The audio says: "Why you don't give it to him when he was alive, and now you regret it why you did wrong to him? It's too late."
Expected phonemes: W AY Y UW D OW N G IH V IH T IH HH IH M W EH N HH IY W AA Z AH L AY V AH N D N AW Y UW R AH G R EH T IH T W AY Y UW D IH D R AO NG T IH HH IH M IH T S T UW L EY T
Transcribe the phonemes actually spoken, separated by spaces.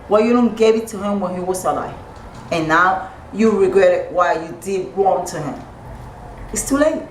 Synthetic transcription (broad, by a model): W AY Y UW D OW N G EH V IH T IH HH IH M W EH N HH IY W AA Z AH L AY AH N N AW Y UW R AH G R EH T IH T W AY Y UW D IH D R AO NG T IH HH IH M IH T S T UW L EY T